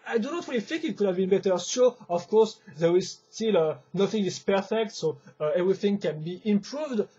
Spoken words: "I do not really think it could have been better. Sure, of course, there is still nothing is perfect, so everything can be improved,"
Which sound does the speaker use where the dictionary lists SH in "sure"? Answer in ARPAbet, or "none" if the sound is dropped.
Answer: S